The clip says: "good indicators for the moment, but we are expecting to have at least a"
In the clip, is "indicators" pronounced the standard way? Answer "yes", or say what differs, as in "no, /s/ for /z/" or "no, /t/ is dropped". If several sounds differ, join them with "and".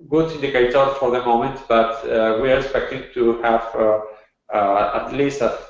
no, /n/ is dropped